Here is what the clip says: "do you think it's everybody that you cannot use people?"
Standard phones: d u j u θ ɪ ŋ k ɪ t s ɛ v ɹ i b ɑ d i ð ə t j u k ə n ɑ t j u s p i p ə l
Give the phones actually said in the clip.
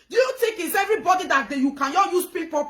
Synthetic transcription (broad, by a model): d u j u t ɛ k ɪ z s ɛ v ɹ i b ɑ d i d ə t j u k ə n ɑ j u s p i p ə